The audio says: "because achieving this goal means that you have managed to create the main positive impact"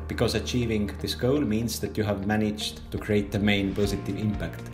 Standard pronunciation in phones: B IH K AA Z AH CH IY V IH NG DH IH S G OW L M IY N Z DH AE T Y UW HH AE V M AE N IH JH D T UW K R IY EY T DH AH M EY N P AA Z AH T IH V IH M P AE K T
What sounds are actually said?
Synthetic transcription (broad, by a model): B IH K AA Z AH CH IY V IH NG DH IH S G OW L M IY N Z DH AE T Y UW HH AE V M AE N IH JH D T UW K R IY EY T DH AH M EY N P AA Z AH T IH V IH M P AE K T